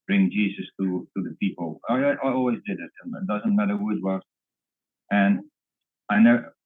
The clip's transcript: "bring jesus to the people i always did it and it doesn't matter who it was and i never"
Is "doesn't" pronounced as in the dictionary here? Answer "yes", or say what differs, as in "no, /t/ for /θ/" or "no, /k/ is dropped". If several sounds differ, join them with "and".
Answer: yes